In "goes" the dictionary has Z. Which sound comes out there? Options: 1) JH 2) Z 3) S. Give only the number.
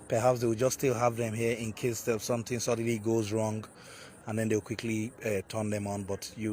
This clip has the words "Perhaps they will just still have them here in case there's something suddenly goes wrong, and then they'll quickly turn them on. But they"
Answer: 2